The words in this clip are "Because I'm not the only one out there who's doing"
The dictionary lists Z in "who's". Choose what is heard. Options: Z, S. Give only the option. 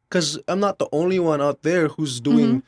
Z